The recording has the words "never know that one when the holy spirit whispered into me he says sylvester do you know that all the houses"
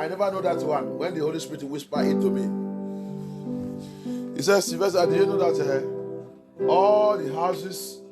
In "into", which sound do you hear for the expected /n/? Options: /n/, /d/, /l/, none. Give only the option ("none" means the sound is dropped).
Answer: none